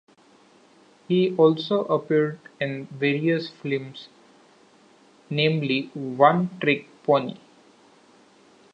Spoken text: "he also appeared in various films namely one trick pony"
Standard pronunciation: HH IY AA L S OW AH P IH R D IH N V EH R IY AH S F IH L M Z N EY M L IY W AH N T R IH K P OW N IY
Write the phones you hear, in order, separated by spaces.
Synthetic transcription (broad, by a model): HH IY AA L S OW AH P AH R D IH N V EH R IY AH S F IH M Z N EY M L IY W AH N T R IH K P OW N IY